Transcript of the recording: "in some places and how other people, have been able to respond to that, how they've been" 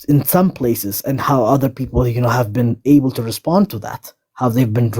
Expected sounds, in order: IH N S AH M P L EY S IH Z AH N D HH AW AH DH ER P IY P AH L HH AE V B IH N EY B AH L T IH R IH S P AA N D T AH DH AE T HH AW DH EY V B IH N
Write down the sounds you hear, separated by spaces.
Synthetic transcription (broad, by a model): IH N S AH M P L EY S IH Z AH N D HH AW AH DH ER P IY P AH N HH AE V B IH N EY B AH L T IH R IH S P AA N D T AH DH AE T HH AW DH EY V B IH N